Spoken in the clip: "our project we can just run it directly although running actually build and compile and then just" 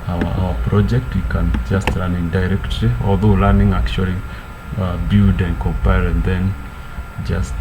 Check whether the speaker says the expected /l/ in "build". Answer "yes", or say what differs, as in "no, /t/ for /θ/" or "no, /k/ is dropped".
no, /l/ is dropped